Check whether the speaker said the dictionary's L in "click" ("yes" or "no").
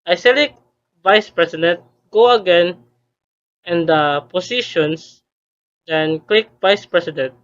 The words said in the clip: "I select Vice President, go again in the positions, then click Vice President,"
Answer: yes